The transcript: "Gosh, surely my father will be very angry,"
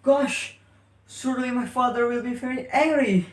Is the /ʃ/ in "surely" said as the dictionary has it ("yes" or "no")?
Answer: no